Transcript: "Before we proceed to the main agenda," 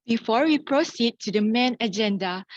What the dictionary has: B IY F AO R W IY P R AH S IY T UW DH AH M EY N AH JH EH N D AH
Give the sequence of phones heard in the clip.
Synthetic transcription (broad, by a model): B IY F AO R W IY P R AH S IY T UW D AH M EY N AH JH EH N D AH